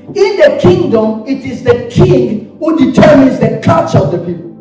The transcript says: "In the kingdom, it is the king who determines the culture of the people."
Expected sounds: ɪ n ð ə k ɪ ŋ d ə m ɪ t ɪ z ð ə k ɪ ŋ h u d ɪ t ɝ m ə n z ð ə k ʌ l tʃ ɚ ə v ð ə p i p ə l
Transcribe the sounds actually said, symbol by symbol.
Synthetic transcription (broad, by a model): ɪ n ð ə k ɪ ŋ d ə m ɪ t ɪ z ð ə k ɪ ŋ h u d ɪ t ɝ m ə n z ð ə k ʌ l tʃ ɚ ə v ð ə p i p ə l